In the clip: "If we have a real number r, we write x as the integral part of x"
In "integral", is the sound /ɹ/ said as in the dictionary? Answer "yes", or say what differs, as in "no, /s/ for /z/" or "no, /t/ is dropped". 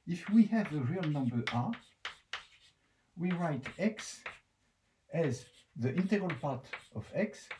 yes